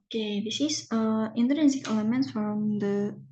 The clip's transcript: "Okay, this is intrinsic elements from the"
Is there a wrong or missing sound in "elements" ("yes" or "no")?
yes